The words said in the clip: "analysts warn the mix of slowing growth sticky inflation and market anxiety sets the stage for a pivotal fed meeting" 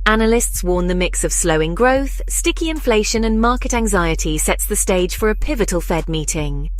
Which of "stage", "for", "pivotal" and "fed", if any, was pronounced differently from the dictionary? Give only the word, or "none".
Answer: none